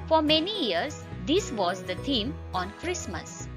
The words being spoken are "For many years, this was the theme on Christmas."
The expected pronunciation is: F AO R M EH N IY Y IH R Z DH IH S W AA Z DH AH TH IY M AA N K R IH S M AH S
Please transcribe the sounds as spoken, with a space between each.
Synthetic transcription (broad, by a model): F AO R M EH N IY Y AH R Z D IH S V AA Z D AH T IY M AA N K R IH S M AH S